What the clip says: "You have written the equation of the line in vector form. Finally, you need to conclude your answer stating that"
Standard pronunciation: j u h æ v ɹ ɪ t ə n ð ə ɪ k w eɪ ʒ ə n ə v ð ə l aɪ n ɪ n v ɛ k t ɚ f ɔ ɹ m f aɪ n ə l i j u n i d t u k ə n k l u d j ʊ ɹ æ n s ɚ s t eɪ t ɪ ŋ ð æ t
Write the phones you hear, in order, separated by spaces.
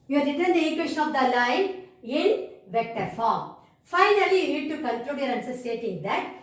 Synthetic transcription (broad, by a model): j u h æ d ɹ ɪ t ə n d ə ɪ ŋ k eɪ ʃ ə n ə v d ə l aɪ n ɪ n v ɛ k t ɚ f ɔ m f aɪ n ə l i j u n i d t u k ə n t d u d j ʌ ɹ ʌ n s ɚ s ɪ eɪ t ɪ ŋ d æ t